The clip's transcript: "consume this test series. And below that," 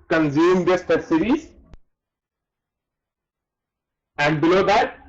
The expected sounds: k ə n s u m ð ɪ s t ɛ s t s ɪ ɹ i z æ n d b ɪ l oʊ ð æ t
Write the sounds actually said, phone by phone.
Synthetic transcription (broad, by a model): k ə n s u m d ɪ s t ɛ t s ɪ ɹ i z æ n d b ɪ l oʊ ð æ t